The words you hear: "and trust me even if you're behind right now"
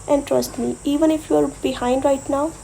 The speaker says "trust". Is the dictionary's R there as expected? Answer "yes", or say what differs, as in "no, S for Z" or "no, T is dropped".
yes